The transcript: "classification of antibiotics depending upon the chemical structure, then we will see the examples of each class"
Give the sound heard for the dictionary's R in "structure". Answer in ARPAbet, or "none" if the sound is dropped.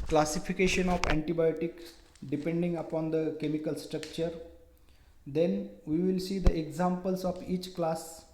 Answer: R